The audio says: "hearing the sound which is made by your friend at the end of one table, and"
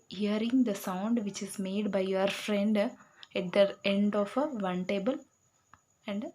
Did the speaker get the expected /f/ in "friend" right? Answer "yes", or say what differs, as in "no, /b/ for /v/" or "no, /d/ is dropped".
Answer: yes